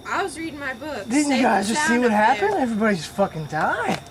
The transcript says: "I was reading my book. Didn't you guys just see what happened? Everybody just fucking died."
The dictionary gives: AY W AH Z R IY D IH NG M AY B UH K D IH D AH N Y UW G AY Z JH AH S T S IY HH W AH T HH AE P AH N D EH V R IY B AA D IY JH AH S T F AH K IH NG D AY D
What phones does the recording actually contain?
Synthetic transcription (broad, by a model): AY W AH Z R IY D IH NG M AY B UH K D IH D N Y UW G AY Z JH AH S T S IY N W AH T HH AE P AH N EH V R IY B AA D IY JH AH S T F AH K IH NG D AY